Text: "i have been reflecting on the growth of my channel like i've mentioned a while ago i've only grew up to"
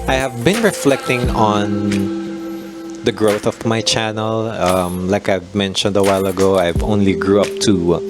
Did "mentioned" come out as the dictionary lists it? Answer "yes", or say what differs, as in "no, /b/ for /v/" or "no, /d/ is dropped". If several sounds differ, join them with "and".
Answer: yes